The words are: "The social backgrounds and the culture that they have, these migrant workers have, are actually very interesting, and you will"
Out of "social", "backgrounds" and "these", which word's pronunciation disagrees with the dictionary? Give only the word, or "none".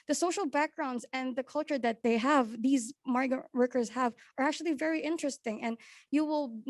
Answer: none